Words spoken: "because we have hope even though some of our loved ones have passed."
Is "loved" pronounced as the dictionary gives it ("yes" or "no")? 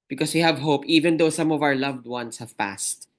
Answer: yes